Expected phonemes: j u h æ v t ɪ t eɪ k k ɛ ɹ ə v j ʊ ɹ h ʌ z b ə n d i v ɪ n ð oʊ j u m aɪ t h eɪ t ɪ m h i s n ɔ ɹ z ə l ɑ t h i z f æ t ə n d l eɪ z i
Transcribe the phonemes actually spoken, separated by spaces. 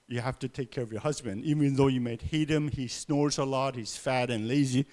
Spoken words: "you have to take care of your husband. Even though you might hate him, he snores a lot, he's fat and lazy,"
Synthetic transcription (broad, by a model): j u h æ f t ɪ t eɪ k k ɛ ɹ ə v j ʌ ɹ h ʌ z b ə n d i v ɪ n ð oʊ j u m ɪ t h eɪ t ɪ m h i s n ɔ ɹ z ə l ɑ t h i z f æ t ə n l eɪ z i